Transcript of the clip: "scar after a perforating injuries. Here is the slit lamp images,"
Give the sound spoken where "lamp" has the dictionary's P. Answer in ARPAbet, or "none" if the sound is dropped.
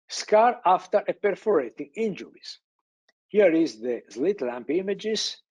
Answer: P